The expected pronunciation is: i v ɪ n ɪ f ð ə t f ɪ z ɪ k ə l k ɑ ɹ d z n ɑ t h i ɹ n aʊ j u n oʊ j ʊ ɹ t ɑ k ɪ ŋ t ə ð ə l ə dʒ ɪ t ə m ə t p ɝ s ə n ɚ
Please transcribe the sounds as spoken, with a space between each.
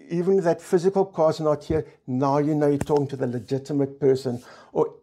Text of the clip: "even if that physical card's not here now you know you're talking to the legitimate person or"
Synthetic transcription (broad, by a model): i v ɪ n ð ə t f ɪ z ɪ k ə l k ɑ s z n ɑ t h i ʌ n aʊ j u n oʊ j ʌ t ɑ k ɪ ŋ t ə ð ə l ə dʒ ɪ t ə m ə t p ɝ s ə n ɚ